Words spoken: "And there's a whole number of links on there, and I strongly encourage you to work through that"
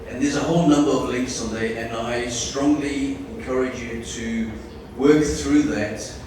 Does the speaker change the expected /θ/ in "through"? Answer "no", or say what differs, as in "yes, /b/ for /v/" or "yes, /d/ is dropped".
no